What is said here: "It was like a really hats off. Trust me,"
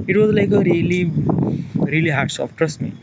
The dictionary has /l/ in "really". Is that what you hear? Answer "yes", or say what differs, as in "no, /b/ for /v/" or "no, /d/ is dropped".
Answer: yes